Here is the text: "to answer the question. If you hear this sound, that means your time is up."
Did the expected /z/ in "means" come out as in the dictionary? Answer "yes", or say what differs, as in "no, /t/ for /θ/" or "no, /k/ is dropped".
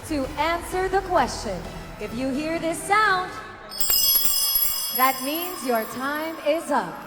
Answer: yes